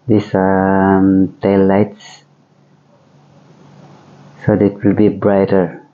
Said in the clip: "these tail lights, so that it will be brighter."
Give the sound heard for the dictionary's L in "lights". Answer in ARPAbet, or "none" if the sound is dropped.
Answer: L